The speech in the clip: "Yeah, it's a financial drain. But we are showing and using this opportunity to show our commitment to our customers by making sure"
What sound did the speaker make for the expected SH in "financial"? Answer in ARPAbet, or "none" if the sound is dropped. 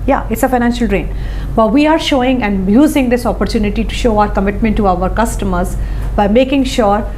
SH